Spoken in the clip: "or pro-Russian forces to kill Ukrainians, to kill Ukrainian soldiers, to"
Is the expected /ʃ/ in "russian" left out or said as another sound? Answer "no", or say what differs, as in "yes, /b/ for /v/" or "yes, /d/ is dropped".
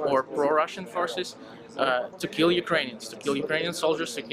no